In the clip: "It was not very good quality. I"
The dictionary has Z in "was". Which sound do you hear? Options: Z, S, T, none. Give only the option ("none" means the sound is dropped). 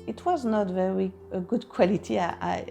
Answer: Z